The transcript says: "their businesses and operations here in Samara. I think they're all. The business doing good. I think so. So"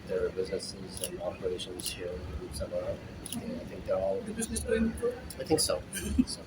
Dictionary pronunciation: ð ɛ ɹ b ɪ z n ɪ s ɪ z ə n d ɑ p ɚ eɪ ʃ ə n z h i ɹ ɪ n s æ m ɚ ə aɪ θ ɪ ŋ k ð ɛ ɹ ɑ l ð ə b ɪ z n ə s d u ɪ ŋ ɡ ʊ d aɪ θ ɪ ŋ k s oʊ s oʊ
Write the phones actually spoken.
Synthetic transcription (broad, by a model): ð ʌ ɹ b ɪ z n ɪ s ɪ z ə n ɑ p ɚ eɪ ʃ ə n z h i ɹ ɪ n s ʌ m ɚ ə aɪ θ ɪ ŋ k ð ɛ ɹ ɑ l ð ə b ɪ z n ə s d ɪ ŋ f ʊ aɪ θ ɪ ŋ k s oʊ s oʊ